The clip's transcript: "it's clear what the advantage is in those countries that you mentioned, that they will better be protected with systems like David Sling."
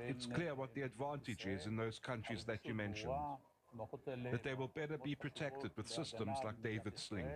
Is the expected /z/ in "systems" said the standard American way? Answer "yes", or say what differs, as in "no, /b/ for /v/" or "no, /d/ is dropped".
yes